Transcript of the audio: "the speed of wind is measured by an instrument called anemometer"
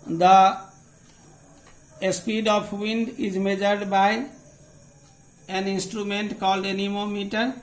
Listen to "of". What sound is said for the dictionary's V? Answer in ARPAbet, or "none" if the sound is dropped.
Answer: P